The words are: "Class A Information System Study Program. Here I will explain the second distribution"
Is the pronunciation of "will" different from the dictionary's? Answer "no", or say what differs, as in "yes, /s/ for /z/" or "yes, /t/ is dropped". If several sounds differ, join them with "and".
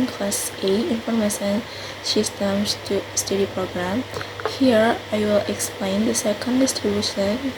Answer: no